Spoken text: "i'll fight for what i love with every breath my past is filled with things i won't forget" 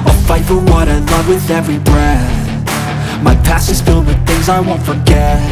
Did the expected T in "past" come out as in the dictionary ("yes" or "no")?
no